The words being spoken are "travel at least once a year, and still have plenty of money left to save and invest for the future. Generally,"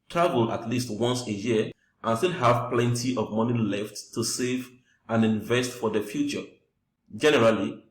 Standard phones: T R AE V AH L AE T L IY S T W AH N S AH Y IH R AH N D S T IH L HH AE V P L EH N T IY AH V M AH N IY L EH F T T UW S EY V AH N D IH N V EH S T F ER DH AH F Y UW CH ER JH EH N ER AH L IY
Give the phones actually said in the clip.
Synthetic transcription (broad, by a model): T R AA V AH L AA T L IY S T W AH N S AH Y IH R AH N S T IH L HH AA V P L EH N T IY AH V M AH N IY L EH F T T UW S EY V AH N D IH N V EH S T F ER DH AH F Y UW CH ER JH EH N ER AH L IY